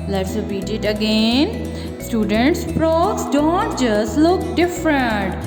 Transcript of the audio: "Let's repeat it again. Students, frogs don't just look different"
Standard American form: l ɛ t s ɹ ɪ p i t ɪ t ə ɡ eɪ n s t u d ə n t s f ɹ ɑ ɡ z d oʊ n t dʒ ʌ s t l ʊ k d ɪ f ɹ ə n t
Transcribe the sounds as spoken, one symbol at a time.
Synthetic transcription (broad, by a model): l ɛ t s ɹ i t ɪ t ə ɡ eɪ n s t u d ə n t s p ɹ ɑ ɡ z d oʊ n t dʒ ʌ s t l ʊ k d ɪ f ɹ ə n t